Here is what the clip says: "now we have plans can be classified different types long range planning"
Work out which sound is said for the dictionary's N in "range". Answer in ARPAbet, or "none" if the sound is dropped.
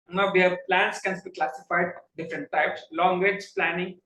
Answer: none